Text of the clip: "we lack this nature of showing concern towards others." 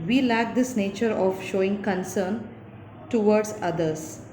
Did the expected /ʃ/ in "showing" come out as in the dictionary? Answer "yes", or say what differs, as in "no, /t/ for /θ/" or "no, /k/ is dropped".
yes